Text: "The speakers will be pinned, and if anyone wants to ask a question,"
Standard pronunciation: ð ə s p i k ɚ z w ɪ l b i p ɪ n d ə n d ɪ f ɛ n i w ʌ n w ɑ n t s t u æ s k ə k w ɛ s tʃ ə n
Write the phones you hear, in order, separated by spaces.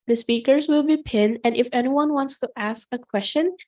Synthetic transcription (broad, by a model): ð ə s p i k ɚ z w ɪ l b i p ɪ n ə n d ɪ f ɛ n i w ʌ n w ɑ n t s t u æ s k ə k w ɛ s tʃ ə n